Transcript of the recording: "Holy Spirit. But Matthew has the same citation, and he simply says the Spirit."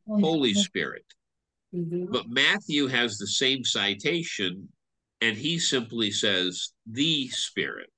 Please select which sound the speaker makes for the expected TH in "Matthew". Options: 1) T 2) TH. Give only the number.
2